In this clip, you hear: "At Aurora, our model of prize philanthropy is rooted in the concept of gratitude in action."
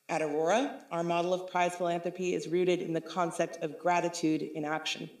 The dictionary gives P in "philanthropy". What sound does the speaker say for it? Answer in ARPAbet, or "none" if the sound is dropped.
P